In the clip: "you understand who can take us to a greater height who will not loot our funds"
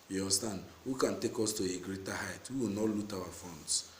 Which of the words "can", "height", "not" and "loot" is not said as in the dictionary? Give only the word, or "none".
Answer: none